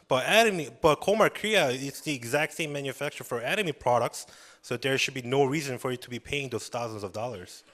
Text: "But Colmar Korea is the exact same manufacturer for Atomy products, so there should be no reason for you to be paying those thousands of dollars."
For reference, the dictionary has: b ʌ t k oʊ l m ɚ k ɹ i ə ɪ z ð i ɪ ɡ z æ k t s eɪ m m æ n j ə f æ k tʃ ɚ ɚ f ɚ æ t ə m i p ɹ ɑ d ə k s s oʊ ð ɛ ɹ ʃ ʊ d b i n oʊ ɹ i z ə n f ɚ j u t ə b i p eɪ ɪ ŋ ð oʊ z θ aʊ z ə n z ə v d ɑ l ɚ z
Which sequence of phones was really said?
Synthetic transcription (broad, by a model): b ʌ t k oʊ m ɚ k ɹ i ə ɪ s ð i ɪ ɡ z æ k t s eɪ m m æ n j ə f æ k tʃ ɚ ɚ f ɚ æ t ə m i p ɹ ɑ d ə k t s oʊ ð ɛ ɹ ʃ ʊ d b i n oʊ ɹ i z ə n f ɚ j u t ə b i p eɪ ɪ ŋ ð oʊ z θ aʊ z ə n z ə v d ɑ l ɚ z